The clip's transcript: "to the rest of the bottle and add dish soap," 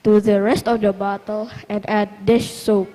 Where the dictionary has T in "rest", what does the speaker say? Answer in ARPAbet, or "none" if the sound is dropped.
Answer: T